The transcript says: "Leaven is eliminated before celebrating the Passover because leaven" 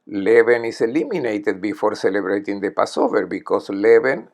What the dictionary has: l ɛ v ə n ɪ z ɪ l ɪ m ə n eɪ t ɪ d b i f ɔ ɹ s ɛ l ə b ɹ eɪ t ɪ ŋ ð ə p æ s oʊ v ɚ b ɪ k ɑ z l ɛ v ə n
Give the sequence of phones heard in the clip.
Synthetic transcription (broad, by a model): l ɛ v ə n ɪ s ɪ l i m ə n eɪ t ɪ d b i f ɔ ɹ s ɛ l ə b ɹ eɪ t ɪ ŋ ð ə p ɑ s oʊ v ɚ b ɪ k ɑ s l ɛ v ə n